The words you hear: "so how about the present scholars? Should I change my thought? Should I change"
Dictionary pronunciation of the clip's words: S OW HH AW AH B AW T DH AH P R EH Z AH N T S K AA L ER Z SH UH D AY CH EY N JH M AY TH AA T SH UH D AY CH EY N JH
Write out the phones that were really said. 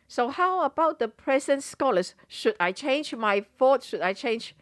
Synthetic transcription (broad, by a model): S OW HH AW AH B AW T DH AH P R EH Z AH N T S K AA L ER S SH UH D AY CH EY N JH M AY F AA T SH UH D AY CH EY N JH